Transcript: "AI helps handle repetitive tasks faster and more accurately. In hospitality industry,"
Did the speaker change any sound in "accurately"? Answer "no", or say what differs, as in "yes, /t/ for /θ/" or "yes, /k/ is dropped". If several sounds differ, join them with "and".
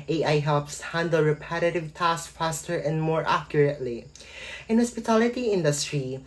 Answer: no